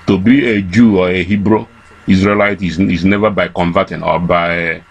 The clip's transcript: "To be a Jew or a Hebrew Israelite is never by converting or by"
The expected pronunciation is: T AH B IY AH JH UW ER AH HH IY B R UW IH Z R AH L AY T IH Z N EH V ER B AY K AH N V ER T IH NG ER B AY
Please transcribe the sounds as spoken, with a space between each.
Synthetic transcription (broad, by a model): T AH B IY AH JH UW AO AH HH IY B R UW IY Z R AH L AY T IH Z N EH V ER B AY K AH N V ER T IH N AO B AY